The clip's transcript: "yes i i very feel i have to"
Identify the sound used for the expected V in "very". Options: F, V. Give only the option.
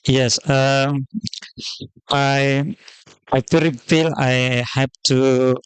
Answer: F